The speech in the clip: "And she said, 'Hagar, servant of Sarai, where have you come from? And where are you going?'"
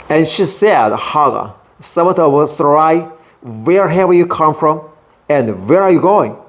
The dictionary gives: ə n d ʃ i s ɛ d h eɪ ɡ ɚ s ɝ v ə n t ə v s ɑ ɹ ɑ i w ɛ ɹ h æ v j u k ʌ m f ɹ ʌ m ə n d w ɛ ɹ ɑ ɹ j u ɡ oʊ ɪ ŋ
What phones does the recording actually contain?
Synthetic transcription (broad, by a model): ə n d ʃ i s ɛ d h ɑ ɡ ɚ s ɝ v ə t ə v s ɑ ɹ ɑ i w ɛ ɹ h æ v j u k ʌ m f ɹ ʌ m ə n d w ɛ ɹ ɑ ɹ j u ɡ oʊ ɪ ŋ